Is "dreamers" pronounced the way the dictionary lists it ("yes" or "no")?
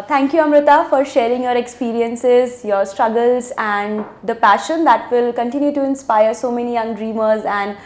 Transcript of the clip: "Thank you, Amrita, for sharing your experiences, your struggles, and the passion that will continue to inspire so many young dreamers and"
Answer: yes